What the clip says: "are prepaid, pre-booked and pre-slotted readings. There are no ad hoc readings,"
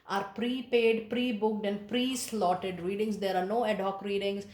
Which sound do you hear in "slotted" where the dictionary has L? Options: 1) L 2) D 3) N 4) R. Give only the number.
1